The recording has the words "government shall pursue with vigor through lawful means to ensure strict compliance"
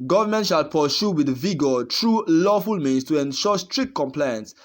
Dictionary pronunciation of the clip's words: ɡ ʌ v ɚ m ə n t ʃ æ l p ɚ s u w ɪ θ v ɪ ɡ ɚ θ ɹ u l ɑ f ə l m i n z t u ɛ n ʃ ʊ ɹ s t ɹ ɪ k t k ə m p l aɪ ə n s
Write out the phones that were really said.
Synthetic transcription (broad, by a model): ɡ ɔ v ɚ m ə n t ʃ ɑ l p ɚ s u w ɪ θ v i ɡ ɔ t ɹ u l ɑ f ə l m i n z t u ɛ n ʃ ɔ s t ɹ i k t k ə m p l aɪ n s